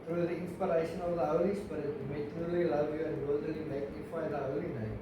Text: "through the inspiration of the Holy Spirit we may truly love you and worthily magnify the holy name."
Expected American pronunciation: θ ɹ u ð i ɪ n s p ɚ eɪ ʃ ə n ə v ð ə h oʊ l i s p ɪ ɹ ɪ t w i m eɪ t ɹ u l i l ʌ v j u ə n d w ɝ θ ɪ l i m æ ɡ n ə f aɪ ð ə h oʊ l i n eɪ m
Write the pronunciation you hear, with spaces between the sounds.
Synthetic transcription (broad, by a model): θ ɹ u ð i ɪ n s p ɚ eɪ ʃ ə n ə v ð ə h oʊ l i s b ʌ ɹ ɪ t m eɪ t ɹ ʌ l i l ʌ v j u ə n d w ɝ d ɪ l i m æ ɡ n ə f aɪ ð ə h oʊ l i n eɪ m